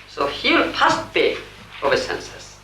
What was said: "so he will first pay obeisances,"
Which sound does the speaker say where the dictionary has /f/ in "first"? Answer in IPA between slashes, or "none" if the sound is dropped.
/p/